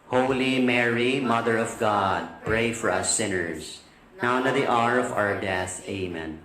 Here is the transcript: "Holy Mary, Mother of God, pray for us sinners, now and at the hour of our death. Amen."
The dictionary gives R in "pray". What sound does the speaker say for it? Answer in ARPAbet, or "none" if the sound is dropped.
R